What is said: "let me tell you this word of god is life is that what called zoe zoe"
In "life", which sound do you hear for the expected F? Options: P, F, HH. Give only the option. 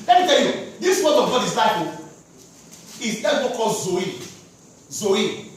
P